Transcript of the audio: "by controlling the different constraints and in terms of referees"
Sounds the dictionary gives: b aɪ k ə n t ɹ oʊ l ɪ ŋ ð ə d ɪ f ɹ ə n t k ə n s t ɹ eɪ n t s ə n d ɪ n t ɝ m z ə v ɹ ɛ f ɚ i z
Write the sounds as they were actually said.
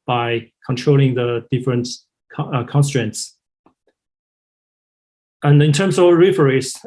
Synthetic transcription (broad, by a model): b aɪ k ə n t ɹ oʊ l ɪ ŋ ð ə d ɪ f ɹ ə n t k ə n s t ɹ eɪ n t s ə n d ɪ n t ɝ m s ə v ɹ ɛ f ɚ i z